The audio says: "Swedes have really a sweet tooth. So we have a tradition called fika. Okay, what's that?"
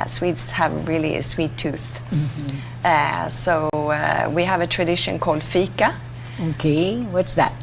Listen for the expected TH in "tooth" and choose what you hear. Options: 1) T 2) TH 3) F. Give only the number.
2